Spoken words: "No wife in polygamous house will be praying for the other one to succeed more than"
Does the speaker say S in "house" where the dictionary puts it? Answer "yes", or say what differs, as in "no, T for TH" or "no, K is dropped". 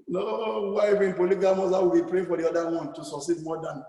no, S is dropped